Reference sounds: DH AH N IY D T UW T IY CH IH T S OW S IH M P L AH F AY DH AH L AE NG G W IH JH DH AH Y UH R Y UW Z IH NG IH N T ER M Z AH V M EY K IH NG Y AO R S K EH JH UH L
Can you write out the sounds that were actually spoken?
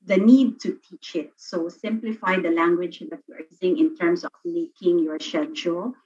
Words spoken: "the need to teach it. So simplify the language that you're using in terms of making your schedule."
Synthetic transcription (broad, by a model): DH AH N IY D T UW T IY CH IH T S OW S IH M P L AH F AY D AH L AE NG G W IH JH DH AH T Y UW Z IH NG IH N T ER M S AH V M EY K IH NG Y AO R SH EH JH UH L